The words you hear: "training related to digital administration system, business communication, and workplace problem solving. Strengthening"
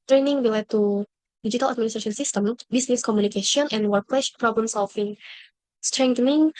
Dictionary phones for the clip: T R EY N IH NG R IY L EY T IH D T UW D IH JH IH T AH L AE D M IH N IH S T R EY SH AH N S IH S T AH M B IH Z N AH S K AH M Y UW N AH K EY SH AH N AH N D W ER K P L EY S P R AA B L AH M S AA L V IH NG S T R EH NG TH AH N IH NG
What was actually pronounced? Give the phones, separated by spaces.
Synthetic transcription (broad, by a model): T R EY N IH NG W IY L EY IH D T UW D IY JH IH T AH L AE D M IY N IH S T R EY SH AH N S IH S T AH M B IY S N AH S K AH M Y UW N AH K EY SH AH N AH N W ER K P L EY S P R AA B L AH M S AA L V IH NG S T R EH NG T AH N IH NG